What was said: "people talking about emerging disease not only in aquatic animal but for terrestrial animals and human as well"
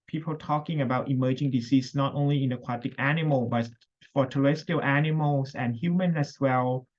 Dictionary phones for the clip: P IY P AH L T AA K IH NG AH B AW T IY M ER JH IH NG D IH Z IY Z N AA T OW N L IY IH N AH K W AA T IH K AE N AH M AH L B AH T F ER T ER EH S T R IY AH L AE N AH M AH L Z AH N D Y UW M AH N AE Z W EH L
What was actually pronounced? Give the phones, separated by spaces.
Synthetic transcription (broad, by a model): P IY P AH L T AA K IH NG AH B AW T IY M ER JH IH NG D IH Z IY S N AA T OW N L IY IH N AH K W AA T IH K AE N AH M AH L B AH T F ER T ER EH S T IY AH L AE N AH M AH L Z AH N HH Y UW M AH N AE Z W EH L